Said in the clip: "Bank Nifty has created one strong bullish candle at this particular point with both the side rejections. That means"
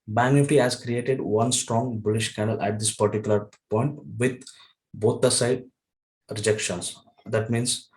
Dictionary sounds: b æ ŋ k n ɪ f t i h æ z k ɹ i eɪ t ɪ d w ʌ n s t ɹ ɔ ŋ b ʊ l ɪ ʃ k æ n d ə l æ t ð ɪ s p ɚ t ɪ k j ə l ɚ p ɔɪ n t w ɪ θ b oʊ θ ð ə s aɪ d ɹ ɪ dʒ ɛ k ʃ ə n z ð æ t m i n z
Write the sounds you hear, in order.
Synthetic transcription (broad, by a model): b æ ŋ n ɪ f t i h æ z k ɹ i eɪ t ɪ d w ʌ n s t ɹ ɔ ŋ b ʊ l ɪ ʃ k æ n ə l æ t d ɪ s p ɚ t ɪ k j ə l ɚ p ɔɪ n t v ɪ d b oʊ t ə s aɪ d ɹ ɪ dʒ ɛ k ʃ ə n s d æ t m i n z